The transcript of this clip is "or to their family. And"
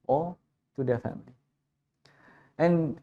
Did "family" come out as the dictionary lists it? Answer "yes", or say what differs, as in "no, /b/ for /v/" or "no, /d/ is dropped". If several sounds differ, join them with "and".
yes